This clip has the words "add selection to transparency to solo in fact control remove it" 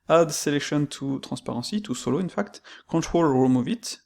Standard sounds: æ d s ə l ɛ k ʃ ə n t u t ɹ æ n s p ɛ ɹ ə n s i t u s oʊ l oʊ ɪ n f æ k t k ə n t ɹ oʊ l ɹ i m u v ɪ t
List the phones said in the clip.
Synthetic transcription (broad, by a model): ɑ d s ə l ɛ k ʃ ə n t u t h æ s p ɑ ɹ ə s i t u s oʊ l oʊ ɪ n f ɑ k t k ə t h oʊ l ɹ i m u v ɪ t